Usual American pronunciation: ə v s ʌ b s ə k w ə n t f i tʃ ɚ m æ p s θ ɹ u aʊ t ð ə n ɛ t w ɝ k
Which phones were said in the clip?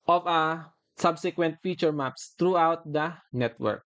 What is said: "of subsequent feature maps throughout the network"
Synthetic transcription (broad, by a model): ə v s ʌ b s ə k w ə n t f i tʃ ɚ m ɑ p s t ɹ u aʊ t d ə n ɛ t w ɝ k